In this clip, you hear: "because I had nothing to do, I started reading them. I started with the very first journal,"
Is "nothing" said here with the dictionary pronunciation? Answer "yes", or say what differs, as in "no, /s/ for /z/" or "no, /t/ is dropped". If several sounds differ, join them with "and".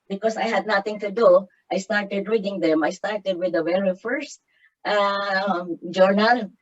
no, /t/ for /θ/